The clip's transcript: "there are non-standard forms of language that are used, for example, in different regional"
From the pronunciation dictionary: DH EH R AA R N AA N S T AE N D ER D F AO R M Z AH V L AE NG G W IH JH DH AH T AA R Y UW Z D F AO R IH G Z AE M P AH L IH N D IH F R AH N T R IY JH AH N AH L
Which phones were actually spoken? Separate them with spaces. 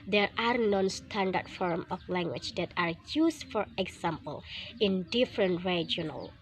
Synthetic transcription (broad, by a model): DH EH R AA R N AA N S T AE N D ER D F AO R M AH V L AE NG G W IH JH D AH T AA R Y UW S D F AO R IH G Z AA M P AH L IH N D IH F R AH N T R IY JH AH N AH L